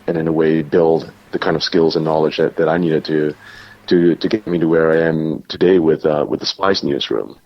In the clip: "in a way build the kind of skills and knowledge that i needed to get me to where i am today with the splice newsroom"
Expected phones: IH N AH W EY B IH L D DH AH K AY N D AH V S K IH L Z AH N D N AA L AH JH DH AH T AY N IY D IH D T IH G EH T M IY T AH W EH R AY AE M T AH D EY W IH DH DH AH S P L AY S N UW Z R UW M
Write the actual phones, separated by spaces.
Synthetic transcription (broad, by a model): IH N AH W EY B IH L D DH AH K AY N D AH V S K IH L Z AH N N AA L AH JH DH AH T AY N IY D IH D T IH G EH T M IY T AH W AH R AY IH M T AH D EY W IH DH DH AH S P AY S N UW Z R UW M